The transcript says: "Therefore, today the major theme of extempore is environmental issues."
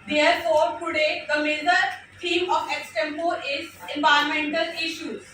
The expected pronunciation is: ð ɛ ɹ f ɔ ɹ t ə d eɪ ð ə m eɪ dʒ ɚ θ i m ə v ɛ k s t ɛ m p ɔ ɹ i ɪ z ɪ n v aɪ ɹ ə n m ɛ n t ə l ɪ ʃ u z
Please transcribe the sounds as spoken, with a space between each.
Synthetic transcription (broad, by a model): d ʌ ɹ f ɔ ɹ t ə d eɪ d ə m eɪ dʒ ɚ t i m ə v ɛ k s t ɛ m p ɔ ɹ ɪ z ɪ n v aɪ ə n m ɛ n t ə l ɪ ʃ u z